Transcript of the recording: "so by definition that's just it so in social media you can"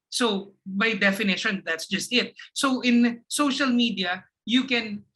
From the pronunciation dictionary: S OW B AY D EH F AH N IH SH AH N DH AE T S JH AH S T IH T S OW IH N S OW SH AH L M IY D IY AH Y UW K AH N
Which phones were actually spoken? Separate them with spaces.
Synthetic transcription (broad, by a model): S OW B AY D EH F AH N IH SH AH N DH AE T S JH AH S T IH T S OW IH N S OW SH AH L M IY D IY AH Y UW K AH N